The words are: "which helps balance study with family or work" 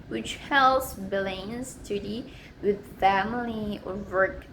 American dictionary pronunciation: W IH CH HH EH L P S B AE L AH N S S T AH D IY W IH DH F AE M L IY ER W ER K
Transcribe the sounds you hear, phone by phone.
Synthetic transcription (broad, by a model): W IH CH HH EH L S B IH L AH N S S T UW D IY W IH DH F AE M L IY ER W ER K